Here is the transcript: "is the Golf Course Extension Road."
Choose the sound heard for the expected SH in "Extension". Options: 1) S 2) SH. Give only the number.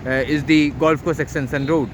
1